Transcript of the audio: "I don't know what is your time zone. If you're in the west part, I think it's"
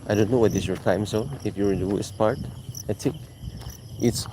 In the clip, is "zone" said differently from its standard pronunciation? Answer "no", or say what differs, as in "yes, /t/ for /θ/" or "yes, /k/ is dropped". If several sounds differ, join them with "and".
yes, /s/ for /z/ and /n/ is dropped